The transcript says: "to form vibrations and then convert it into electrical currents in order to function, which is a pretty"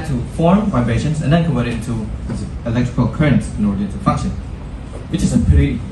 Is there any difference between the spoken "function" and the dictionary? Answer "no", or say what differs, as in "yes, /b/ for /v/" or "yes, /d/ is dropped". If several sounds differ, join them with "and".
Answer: yes, /ŋ/ is dropped